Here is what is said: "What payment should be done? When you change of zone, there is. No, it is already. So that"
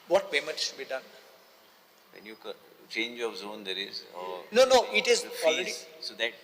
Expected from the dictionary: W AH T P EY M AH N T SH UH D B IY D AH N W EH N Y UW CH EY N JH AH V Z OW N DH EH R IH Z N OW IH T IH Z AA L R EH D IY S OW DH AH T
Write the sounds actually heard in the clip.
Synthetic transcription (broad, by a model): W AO T B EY M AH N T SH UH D B IY D AH N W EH N Y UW CH EY N JH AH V Z OW N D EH R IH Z N OW IH T IH Z AA L R EH D IY S OW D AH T